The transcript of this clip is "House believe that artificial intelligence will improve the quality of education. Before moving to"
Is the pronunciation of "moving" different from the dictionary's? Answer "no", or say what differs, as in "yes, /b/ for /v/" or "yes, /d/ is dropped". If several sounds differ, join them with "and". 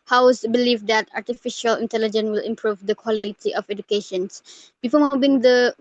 yes, /b/ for /v/